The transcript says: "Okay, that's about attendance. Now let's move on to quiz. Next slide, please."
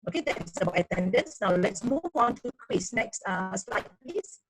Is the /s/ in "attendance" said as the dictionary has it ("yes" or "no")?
yes